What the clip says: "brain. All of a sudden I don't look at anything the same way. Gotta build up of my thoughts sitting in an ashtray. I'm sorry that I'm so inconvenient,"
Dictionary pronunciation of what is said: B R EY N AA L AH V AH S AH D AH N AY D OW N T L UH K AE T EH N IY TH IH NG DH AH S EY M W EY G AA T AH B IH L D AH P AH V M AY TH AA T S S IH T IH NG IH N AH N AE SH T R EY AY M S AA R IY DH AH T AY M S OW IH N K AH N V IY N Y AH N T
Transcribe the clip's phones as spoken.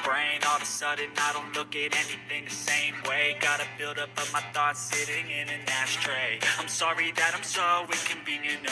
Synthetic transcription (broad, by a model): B R EY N AA L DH AH S AH D AH N AY D OW N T L UH K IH T EH N IY TH IH NG DH AH S EY M W EY G AA T AH B IH L D AH P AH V M AY TH AA T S S IH T IH NG IH N AH N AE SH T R EY AY M S AA R IY DH AH T AY M S OW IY K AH N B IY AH N